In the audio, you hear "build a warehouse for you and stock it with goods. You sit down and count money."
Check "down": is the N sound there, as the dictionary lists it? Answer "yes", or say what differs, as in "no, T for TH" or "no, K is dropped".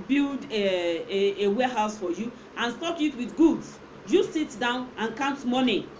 yes